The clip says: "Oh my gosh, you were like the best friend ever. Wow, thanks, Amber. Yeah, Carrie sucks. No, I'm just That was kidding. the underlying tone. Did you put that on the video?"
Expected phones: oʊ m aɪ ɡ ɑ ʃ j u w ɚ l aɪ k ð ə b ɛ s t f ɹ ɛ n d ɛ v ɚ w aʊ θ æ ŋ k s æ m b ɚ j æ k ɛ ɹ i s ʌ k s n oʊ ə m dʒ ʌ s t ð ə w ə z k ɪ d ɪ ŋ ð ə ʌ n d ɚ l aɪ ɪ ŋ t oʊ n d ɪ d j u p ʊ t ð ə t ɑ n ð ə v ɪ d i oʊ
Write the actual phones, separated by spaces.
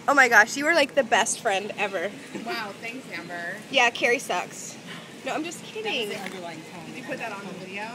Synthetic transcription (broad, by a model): oʊ m aɪ ɡ ɑ ʃ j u w ɚ l aɪ k ð ə b ɛ s t f ɹ ɛ n d ɛ v ɚ w aʊ θ æ ŋ k s æ m b ɚ j æ k ɛ ɹ i s ʌ k s n oʊ ə m dʒ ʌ s k ɪ d ɪ ŋ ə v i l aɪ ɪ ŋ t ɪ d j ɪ p ʊ t ð ə t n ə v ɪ d i oʊ